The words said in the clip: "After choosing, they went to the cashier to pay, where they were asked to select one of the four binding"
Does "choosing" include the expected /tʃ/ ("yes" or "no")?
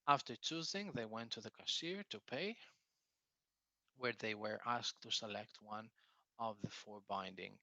yes